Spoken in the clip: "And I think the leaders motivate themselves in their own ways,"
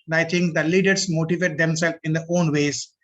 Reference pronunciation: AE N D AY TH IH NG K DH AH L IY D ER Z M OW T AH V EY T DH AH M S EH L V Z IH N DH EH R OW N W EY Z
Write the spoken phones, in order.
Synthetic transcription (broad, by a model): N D AY T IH NG K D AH L IY D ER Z M OW T AH V EY T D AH M S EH L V IH N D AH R OW N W EY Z